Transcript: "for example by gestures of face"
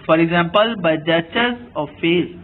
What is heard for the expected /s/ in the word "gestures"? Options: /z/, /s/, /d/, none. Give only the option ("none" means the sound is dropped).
none